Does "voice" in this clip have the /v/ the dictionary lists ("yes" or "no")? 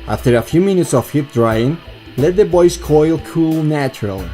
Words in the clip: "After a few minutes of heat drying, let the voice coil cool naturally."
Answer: no